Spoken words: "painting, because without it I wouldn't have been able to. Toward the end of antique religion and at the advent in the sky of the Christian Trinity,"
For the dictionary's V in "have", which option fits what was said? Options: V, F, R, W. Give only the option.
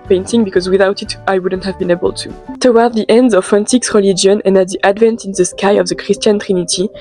V